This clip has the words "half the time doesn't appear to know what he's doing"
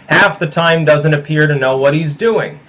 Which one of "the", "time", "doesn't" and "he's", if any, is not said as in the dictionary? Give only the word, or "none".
none